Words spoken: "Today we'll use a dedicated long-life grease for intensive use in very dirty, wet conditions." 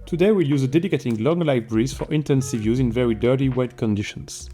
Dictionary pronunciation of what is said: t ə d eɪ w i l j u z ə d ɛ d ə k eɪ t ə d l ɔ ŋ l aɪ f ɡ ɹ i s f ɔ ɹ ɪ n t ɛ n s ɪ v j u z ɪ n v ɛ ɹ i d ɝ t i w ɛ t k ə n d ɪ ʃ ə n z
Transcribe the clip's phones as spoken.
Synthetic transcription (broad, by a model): t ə d eɪ w i l j u z ə d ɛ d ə k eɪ t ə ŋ l ɔ ŋ l aɪ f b ɹ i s f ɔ ɹ ɪ n t ɛ n s ɪ v j u z ɪ n v ɛ ɹ i d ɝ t i w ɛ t k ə n d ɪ ʃ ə n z